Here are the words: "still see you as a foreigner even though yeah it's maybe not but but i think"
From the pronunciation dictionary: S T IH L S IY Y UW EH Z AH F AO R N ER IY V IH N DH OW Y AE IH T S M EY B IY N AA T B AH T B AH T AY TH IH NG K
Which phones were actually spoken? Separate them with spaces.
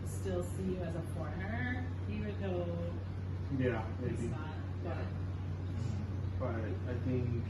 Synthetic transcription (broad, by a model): S T IH L S IY Y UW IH Z AH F AO R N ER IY W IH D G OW Y AE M EY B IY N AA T B AH T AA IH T AY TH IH NG K